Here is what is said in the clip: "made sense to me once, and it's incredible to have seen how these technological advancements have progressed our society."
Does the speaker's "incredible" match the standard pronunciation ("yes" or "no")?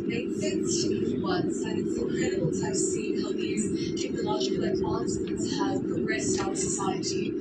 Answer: no